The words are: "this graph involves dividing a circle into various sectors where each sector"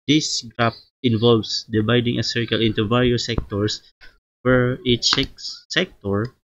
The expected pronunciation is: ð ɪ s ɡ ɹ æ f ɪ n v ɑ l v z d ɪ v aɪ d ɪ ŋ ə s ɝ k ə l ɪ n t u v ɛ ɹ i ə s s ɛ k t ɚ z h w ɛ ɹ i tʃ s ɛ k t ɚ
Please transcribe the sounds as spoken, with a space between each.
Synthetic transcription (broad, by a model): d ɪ s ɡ ɹ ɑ p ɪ n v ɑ l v s d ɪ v aɪ d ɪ ŋ ə s ɝ k ə l ɪ n t u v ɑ ɹ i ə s s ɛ k t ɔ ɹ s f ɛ ɹ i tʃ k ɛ k t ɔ